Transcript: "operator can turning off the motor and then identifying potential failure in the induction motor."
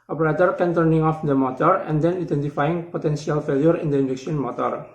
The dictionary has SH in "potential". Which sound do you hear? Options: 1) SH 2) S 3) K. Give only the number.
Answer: 2